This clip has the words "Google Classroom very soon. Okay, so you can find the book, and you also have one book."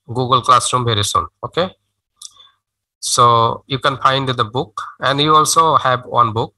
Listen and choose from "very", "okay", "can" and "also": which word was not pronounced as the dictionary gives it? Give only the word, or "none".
very